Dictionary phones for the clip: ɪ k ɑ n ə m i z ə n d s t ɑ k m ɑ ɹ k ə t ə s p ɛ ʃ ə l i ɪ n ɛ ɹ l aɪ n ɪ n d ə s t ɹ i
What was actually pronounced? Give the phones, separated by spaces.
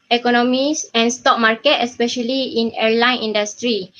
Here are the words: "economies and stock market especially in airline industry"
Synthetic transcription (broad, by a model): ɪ k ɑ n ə m i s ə n s t ɑ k m ɑ ɹ k ə t ə s p ɛ ʃ ə l i ɪ n ɛ ɹ l aɪ n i n d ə s t ɹ i